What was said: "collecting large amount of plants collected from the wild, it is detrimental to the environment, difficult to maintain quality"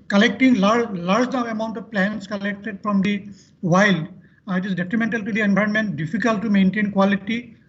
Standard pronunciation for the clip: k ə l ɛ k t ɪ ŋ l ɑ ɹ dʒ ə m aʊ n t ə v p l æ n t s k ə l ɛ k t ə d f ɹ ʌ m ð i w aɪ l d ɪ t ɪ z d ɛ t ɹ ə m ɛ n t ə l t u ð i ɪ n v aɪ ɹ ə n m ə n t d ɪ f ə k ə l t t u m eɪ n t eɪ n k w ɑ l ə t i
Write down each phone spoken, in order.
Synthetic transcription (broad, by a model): k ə l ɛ k t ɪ ŋ l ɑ ɹ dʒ ə m aʊ n t ə v p l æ n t s k ə l ɛ k t ə d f ɹ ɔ m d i w aɪ l d ɪ t ɪ z d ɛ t ɹ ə m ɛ n t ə l t u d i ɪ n b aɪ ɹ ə n m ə n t d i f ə k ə l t t u m eɪ n t eɪ n k w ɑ l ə t i